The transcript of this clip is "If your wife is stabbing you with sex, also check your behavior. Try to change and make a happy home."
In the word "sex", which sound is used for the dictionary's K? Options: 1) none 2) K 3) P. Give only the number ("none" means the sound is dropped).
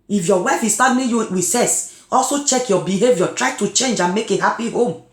1